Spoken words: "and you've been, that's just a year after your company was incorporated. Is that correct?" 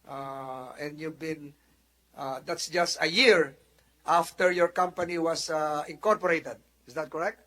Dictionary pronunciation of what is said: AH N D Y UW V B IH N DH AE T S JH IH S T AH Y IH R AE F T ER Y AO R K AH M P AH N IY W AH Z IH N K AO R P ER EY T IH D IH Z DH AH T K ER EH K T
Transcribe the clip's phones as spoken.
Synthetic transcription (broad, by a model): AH N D Y UW V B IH N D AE T S JH IH S T AH Y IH R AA F T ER Y AO R K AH M P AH N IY W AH S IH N K AO R P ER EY T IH D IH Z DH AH T K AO EH K T